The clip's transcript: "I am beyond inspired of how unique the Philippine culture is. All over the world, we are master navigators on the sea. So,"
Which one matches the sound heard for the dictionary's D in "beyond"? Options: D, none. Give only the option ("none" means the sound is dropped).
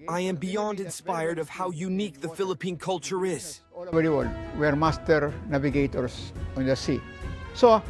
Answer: D